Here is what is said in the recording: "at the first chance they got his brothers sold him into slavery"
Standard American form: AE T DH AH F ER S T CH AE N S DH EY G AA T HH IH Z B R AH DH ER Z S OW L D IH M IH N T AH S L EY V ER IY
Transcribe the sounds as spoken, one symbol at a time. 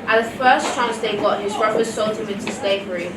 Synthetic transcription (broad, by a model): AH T DH AH F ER S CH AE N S DH EY G AA T HH IH Z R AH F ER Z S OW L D IH M IH N T AH S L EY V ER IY